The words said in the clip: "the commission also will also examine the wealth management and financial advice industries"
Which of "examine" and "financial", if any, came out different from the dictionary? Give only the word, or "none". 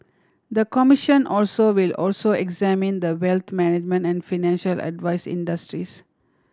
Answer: none